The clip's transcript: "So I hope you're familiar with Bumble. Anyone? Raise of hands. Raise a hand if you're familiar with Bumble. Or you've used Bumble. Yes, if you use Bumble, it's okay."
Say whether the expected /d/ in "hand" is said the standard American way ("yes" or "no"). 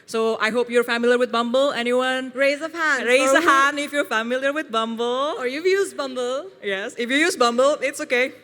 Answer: no